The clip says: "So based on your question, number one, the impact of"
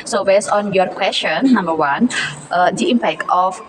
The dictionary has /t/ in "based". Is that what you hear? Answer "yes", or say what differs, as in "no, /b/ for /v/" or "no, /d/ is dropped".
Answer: no, /t/ is dropped